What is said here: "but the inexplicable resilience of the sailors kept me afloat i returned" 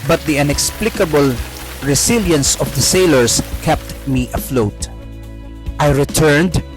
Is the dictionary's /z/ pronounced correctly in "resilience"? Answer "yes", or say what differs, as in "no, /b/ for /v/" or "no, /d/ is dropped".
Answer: no, /s/ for /z/